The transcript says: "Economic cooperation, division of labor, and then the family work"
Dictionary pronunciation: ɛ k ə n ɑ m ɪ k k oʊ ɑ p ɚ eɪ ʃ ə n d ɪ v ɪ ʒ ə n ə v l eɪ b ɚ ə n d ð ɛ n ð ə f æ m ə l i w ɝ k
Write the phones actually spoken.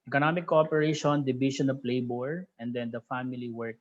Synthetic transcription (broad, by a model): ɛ k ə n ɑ m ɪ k k oʊ ɑ p ɚ eɪ ʃ ə n d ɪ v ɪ ʃ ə n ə p l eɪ b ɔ ə n d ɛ n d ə f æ m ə l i w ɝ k